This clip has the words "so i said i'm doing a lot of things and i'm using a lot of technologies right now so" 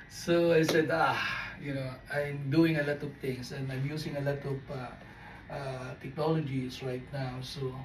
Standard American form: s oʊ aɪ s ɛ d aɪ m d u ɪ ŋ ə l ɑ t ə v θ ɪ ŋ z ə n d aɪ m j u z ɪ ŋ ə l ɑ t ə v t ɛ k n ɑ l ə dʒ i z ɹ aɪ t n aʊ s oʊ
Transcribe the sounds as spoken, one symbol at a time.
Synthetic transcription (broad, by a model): s oʊ aɪ s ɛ d aɪ m d u ɪ ŋ ə l ɑ t ə v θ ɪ ŋ s ə n d aɪ m j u s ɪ ŋ ə l ɑ t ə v t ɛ k n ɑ l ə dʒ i s ɹ aɪ t n aʊ s oʊ